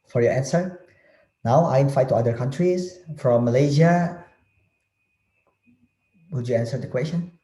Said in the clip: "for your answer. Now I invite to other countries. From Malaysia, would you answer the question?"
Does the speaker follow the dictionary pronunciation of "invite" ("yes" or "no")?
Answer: no